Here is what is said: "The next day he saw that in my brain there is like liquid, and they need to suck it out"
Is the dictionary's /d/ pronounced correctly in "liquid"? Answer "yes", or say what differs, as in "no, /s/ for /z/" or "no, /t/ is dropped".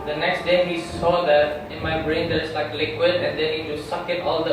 yes